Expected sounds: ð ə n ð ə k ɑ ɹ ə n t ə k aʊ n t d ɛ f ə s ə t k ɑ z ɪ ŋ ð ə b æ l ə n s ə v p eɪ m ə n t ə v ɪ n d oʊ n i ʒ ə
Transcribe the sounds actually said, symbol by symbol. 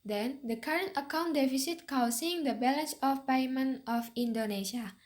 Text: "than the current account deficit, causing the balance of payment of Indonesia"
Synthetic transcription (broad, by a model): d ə n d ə k ɑ ɹ ə n t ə k aʊ n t d ɛ f ə s ə t k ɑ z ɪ ŋ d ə b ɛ l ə n s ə f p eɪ m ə n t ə f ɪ n d oʊ n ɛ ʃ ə